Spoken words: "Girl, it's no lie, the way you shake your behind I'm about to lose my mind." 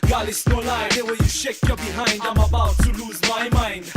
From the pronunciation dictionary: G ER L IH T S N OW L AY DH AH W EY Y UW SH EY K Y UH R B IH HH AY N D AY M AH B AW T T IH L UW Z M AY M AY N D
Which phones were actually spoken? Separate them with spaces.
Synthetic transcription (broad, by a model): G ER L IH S N OW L AY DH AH W EY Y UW SH EY K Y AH B IH HH AY N D AY M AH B AW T T IH L UW Z M AY M AY N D